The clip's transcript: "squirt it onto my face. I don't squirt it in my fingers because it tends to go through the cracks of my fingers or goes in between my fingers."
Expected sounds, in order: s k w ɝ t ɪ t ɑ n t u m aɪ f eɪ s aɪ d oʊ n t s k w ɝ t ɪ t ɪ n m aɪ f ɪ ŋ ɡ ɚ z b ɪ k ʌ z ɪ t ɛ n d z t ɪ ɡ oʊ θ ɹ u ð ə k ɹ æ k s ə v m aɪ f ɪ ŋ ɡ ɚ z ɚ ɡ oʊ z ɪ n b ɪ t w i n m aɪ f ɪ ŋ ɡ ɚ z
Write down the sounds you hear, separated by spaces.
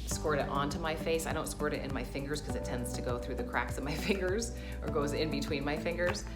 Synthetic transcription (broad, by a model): s k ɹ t ɪ t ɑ n t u m aɪ f eɪ s aɪ d oʊ n t s k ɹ t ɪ t ɪ n m aɪ f ɪ ŋ ɡ ɚ z k ʌ z ɪ t ɛ n d z t ɪ ɡ oʊ θ ɹ u ð ə k ɹ æ k s ə v m aɪ f ɪ ŋ ɡ ɚ z ɚ ɡ oʊ z ɪ n b ɪ t w i n m aɪ f ɪ ŋ ɡ ɚ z